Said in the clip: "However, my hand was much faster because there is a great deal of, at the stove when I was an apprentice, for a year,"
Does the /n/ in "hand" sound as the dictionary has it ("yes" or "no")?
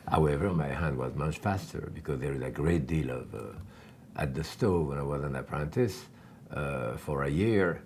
yes